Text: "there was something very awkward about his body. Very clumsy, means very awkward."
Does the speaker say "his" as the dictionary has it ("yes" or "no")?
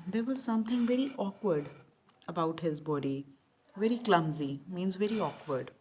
yes